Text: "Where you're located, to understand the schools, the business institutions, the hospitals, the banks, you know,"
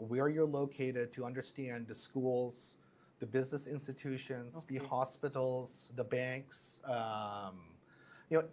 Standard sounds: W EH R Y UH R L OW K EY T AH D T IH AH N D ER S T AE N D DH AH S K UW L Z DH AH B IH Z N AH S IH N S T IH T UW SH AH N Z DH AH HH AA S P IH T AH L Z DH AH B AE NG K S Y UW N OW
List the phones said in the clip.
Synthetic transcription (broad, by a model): W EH R Y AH R L OW K EY T AH D T IH AH N D ER S T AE N DH AH S K UW L Z DH AH B IH Z N AH S IH N S T IH T UW SH AH N Z DH AH HH AA S P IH T L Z DH AH B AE NG K S Y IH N OW